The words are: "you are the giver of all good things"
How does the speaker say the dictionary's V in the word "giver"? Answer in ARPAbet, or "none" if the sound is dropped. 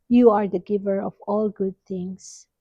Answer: V